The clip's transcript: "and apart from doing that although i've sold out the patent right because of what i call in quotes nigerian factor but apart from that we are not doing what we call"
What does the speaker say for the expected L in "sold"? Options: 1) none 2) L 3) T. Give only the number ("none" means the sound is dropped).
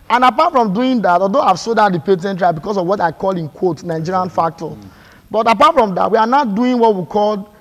1